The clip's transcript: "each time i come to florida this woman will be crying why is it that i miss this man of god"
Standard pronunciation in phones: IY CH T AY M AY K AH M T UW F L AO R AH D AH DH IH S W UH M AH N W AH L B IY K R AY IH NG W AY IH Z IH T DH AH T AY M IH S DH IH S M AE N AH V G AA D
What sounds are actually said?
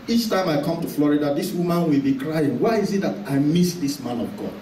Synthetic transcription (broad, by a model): IY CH T AY M AY K AH M T UW F L AO R AH D AH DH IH S W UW M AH N W AH L B IY K R AY IH NG W AY IH Z IH T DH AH T AY M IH S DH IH S M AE N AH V G AA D